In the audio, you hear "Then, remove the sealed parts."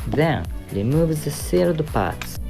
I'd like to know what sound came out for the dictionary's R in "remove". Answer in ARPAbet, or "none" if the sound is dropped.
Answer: L